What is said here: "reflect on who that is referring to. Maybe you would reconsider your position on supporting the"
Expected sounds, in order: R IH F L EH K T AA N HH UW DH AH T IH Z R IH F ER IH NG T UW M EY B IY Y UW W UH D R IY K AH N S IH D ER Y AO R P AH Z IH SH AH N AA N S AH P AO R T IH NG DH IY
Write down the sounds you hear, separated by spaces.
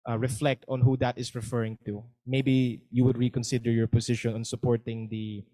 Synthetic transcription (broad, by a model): R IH F L EH K T AA N HH UW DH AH T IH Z R IH F ER IH NG T UW M EY B IY Y UW W UH D R IY K AH N S IH D ER Y AO R P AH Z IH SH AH N AA N S AH P AO R T IH NG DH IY